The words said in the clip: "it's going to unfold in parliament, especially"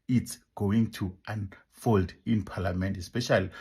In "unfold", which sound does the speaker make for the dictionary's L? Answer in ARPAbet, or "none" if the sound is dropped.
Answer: L